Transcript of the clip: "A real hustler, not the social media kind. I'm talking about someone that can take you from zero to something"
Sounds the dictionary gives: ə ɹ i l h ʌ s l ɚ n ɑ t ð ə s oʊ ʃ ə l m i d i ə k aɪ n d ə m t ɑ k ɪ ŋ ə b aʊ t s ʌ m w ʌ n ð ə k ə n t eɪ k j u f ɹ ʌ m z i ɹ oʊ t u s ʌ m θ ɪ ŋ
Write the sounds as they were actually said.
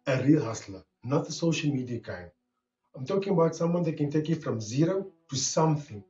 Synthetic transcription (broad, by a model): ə ɹ i l h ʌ s l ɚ n ɑ t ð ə s oʊ ʃ ə l m i d i ə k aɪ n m ə m t ɑ k ɪ ŋ ə b aʊ t s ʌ m w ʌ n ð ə k ə n t eɪ k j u f ɹ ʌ m z i ɹ oʊ t u s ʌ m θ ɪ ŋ